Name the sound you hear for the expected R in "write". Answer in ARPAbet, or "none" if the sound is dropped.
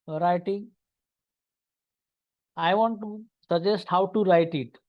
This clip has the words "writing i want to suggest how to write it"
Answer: R